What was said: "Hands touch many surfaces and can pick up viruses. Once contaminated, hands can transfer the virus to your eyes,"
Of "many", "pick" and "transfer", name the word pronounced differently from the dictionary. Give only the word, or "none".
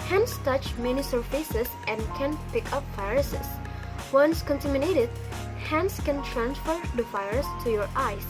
none